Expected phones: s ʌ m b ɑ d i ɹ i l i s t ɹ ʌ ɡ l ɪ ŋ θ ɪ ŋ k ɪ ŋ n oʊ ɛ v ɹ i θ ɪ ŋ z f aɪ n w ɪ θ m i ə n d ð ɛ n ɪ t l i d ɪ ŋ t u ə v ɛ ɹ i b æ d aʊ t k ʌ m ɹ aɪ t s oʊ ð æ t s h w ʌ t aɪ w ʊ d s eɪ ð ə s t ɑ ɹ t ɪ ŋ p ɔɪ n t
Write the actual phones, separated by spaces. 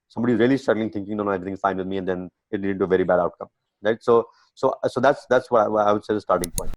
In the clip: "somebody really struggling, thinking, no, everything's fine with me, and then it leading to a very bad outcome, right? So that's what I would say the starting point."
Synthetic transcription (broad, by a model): s ʌ m b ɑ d i ɹ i l i s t ʌ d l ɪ ŋ t ɪ ŋ k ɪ ŋ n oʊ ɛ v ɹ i t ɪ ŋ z f aɪ n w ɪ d m i ə n d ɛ n ɪ t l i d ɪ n t u ə v ɛ ɹ i b æ d aʊ t k ʌ m ɹ aɪ t s oʊ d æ t s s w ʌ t aɪ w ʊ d s eɪ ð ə s t ɑ ɹ t ɪ ŋ p ɔɪ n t